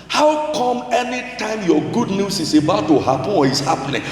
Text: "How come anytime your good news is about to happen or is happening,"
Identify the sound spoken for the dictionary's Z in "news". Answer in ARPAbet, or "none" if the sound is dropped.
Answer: S